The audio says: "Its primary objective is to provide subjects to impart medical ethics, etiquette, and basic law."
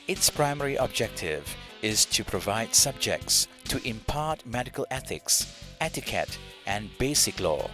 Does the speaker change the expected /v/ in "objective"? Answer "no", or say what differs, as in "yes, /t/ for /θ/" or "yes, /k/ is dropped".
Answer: no